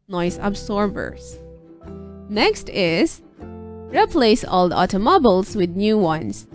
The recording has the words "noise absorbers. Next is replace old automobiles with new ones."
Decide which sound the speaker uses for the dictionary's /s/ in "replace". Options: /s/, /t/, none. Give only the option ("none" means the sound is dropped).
/s/